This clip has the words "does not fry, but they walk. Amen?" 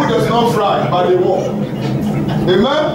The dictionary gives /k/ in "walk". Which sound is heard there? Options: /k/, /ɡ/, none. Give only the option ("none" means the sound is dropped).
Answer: none